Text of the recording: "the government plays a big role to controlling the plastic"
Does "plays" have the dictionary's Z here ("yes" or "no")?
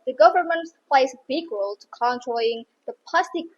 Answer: no